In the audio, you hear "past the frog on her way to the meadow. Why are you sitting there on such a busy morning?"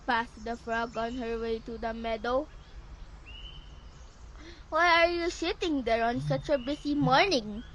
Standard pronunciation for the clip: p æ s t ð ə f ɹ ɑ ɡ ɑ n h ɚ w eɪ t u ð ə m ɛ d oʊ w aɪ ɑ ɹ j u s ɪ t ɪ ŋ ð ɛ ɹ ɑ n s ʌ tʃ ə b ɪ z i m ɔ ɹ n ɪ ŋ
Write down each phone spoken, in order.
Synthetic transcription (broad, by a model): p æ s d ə f ɹ ɑ ɡ ɑ n h ɚ w eɪ t u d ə m ɛ d oʊ w aɪ ɑ ɹ j u s ɪ t ɪ ŋ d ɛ ɹ ɑ n s ʌ tʃ ə b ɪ s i m ɔ ɹ n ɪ ŋ